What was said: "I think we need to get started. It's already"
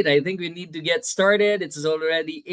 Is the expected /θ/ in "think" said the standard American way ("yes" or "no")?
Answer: yes